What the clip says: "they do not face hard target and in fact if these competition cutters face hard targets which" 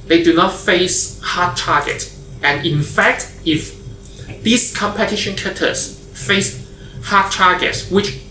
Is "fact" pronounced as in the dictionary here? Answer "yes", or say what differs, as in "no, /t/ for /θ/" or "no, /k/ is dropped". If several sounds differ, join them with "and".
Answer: yes